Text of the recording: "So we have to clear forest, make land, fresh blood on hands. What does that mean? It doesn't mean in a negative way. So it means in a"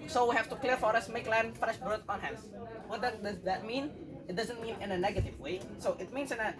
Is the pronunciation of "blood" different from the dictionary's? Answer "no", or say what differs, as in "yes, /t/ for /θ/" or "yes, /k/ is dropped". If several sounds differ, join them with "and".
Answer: yes, /l/ is dropped